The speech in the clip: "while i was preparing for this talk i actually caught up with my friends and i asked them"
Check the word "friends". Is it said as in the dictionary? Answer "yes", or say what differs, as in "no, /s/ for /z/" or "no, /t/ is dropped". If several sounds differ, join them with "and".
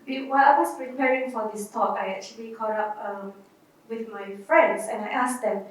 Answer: no, /s/ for /z/